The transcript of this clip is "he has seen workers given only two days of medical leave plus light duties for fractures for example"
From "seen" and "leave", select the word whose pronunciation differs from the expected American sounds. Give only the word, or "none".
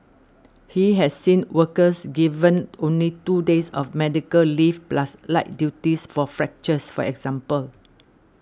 leave